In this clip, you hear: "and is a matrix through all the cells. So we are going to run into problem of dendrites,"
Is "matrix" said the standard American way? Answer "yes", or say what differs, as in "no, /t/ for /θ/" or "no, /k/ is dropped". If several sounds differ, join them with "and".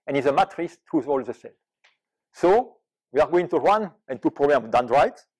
no, /k/ is dropped